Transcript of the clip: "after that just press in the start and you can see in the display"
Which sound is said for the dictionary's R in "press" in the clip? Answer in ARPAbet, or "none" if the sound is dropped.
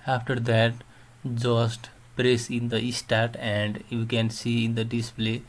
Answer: R